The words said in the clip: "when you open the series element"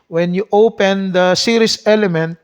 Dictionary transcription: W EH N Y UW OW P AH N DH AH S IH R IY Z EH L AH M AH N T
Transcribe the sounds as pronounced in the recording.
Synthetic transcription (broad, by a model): W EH N Y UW OW P AH N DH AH S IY R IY S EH L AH M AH N T